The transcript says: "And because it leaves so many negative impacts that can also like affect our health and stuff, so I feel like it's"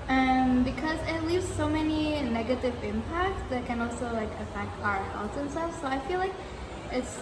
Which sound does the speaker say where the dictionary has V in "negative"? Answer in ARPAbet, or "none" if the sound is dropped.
V